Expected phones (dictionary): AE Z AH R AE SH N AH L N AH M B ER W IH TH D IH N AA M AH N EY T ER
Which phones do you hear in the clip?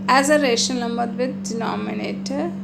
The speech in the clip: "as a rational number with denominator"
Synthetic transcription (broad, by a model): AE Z AH R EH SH AH N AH M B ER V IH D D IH N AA M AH N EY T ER